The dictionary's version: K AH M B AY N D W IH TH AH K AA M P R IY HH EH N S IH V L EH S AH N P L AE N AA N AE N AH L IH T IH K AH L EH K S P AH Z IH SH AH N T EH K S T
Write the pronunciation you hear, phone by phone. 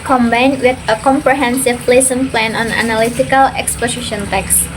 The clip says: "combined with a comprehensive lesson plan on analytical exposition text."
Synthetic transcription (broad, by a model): K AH M B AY N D W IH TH AH K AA M P R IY HH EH N S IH P L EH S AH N P L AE N AA N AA N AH L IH T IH K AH L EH K S P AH S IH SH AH N T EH K S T